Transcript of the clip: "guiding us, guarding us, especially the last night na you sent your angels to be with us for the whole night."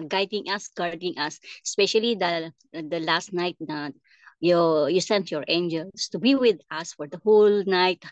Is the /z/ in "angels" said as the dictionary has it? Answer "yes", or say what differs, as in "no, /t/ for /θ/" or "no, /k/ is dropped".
no, /s/ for /z/